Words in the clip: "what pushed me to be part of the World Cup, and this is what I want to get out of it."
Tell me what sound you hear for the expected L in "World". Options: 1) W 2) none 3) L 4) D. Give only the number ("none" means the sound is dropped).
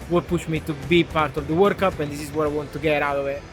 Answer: 2